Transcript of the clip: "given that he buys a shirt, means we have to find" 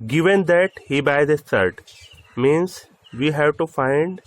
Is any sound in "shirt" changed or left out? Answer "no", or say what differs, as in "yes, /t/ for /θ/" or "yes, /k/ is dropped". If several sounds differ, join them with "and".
yes, /s/ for /ʃ/